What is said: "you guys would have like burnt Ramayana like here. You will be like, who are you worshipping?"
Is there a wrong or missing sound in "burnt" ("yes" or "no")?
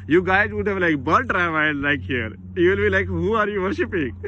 yes